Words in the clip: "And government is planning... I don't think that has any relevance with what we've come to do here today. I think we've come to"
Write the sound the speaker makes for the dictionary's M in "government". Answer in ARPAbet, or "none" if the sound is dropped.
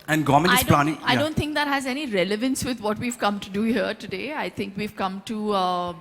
none